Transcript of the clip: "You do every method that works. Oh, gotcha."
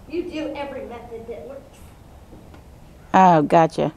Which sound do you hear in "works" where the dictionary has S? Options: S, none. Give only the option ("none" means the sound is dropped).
none